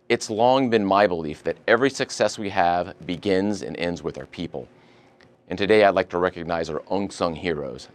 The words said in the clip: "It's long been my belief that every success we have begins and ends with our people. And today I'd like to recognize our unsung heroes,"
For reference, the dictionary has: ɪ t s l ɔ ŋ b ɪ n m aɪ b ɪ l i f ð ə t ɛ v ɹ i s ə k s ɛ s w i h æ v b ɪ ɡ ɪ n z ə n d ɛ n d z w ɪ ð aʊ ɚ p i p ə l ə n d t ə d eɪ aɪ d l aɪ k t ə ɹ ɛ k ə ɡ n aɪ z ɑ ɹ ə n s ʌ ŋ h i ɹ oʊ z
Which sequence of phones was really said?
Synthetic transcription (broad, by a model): ɪ t s l ɔ ŋ b ɪ n m aɪ b ɪ l i f ð ə t ɛ v ɹ i s ə k s ɛ s w i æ v b ɪ ɡ ɪ n z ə n ɛ n d z w ɪ ð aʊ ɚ p i p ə l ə n t ə d eɪ aɪ d l aɪ k t ə ɹ ɛ k ə ɡ n aɪ z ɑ ɹ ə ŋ s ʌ ŋ h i ɹ oʊ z